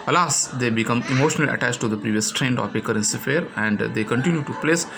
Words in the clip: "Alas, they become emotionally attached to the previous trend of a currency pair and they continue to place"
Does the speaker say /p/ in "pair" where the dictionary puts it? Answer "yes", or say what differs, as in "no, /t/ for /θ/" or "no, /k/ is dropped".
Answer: no, /f/ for /p/